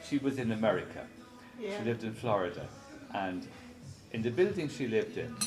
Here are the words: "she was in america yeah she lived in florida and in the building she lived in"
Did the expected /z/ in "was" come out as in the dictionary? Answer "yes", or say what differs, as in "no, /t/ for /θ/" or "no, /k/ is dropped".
yes